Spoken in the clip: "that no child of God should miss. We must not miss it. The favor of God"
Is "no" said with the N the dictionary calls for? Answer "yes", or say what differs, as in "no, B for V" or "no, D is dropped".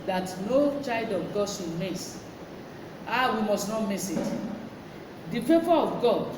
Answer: yes